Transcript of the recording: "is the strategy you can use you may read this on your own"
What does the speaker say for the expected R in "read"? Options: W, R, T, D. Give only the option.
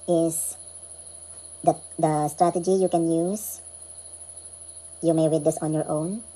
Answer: W